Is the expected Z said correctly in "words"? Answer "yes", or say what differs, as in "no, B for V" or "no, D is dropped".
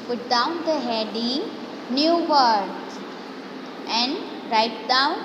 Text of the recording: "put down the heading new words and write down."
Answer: no, Z is dropped